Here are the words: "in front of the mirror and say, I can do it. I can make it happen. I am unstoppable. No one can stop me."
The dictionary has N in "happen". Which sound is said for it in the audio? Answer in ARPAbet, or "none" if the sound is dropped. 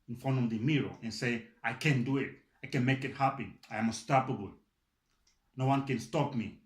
none